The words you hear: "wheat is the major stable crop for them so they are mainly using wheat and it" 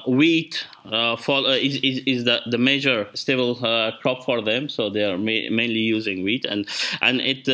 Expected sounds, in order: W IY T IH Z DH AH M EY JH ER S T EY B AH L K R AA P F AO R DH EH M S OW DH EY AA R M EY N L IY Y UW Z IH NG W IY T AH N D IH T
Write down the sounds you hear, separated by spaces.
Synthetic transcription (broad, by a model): W IY T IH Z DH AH M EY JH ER S T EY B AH L K R AA P F AO R DH EH M S OW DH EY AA R M EY N L IY Y UW Z IH NG W IY T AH N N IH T